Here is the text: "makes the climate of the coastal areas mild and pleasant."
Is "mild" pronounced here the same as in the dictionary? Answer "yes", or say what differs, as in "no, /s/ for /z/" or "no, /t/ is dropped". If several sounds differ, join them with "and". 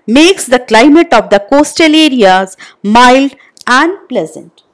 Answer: yes